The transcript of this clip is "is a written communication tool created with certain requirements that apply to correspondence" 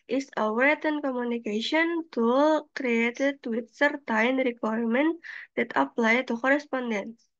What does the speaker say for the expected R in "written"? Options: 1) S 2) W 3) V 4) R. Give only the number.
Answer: 2